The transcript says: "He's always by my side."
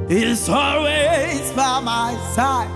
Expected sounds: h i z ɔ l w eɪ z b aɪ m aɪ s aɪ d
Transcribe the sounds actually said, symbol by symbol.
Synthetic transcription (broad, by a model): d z ɔ l w eɪ z b aɪ m aɪ s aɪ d